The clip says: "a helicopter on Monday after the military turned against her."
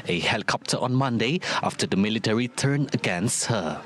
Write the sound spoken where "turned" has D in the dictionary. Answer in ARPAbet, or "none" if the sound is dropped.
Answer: none